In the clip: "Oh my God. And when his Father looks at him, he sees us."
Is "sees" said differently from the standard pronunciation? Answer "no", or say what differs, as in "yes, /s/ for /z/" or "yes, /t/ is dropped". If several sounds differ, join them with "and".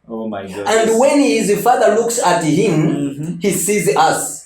no